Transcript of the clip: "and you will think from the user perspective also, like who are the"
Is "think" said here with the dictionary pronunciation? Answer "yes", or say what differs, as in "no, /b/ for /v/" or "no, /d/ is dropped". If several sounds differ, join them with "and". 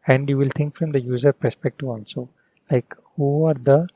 no, /t/ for /θ/